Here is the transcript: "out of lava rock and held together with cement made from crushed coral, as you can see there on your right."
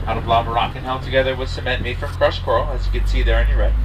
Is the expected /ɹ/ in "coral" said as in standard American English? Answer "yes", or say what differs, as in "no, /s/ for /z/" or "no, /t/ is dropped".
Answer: no, /ɹ/ is dropped